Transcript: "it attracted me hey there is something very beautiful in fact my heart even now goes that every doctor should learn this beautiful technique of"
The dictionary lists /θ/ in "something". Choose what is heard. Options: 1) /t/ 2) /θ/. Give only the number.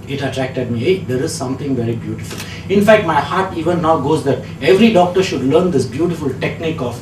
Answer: 1